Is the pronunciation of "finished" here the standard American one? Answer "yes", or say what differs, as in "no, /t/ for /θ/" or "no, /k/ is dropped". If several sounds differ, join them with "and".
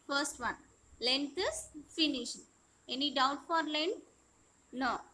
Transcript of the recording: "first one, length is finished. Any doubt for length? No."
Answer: no, /t/ is dropped